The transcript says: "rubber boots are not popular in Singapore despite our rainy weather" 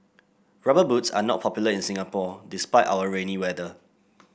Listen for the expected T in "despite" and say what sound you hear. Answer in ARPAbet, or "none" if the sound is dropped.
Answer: T